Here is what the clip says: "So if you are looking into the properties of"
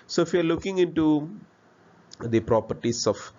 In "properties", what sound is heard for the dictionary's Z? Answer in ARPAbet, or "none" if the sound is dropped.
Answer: S